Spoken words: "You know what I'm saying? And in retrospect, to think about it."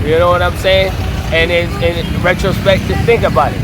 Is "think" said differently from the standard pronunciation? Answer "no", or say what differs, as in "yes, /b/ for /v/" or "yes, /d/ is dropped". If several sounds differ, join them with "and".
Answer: no